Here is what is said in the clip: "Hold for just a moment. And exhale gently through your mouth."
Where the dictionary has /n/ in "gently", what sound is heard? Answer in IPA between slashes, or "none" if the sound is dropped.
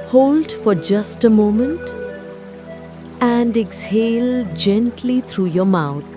/n/